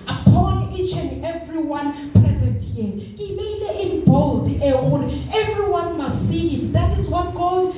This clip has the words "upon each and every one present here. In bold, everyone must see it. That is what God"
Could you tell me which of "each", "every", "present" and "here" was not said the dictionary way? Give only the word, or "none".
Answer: here